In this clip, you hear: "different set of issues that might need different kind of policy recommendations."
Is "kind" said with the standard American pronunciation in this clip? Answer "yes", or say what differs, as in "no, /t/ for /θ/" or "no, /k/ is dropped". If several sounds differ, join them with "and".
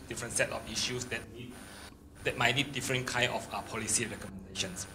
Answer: no, /d/ is dropped